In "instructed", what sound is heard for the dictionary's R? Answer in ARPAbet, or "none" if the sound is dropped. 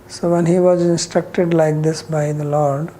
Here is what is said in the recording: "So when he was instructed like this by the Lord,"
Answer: R